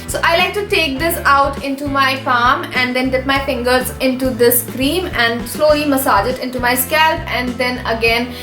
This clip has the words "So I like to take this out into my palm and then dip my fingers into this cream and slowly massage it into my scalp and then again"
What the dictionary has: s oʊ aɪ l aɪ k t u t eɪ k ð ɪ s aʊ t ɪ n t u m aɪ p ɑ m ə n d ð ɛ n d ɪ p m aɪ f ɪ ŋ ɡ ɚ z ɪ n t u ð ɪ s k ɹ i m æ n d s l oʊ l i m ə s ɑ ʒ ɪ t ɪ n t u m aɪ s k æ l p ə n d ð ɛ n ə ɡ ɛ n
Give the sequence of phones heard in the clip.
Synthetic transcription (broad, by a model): s oʊ aɪ l aɪ k t u t eɪ k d ɪ s aʊ t ɪ n t u m aɪ f ɑ m ə n d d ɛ n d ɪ p m aɪ f ɪ ŋ ɡ ɚ z ɪ n t u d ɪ s k ɹ i m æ n d s l oʊ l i m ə s ɑ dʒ ɪ t ɪ n t u m aɪ s k æ l p ə n d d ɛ n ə ɡ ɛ n